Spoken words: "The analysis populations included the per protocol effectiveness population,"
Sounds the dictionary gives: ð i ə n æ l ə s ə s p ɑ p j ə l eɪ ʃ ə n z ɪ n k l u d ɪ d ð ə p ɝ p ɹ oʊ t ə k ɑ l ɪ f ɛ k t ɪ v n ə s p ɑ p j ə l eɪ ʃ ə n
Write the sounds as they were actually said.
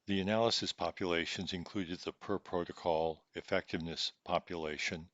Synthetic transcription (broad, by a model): ð i ə n æ l ə s ə s p ɑ p j ə l eɪ ʃ ə n z ɪ n k l u d ɪ d ð ə p ɝ p ɹ oʊ t ə k ɑ l ɪ f ɛ k t ɪ v n ə s p ɑ p j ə l eɪ ʃ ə n